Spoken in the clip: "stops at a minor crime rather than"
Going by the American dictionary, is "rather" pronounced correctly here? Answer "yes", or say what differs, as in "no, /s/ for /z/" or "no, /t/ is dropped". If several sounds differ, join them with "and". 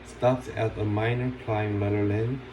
no, /l/ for /ɹ/